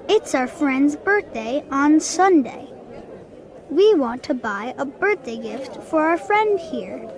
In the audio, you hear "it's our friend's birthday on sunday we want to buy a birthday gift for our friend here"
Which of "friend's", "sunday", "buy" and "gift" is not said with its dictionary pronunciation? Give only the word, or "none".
none